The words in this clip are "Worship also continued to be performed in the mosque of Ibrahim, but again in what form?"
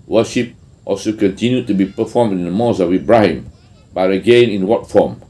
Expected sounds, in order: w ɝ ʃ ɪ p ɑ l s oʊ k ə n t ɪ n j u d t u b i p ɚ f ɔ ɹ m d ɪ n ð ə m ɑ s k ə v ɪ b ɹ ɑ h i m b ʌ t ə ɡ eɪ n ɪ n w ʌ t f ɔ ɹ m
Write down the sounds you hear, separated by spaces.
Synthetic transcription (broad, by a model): w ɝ ʃ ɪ p ɑ l s oʊ k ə n t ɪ n j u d t u b i p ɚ f ɔ m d ɪ n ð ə m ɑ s ə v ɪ b ɹ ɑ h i m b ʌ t ə ɡ eɪ n ɪ n w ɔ t f ɔ m